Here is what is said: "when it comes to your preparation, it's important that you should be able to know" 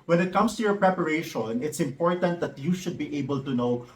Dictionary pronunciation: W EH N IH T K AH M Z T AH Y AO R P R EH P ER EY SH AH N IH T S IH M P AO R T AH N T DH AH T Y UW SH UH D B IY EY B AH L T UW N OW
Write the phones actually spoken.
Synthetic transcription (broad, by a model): W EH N IH T K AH M S T AH Y AO R P R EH P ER EY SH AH N IH T S IH M P AO R T AH N T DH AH T Y UW SH UH D B IY EY B AH L T UW N OW